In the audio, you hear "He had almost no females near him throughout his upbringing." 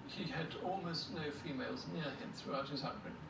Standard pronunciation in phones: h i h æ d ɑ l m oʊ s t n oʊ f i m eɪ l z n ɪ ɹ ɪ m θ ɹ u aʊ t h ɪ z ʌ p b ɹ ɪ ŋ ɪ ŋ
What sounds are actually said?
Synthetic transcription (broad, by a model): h i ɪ d ɑ l m oʊ s t n oʊ f i m eɪ l z n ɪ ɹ ɪ m θ ɹ u aʊ t h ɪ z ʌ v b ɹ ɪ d